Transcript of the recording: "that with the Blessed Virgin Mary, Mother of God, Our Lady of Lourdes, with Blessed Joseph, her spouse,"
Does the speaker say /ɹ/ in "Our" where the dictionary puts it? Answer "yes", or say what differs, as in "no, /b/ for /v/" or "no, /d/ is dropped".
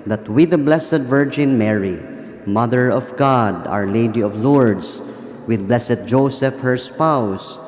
yes